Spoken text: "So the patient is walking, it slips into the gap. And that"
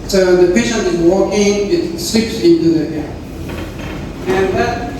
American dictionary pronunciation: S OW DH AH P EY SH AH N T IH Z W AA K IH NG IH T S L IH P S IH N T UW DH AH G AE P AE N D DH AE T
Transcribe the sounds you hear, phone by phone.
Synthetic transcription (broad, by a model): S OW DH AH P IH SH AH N IH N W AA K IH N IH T S L IH P S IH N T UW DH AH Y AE AE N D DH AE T